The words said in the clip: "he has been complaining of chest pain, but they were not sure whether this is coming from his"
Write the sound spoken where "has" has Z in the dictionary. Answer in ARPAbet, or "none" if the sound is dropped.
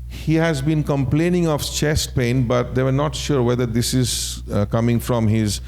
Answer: Z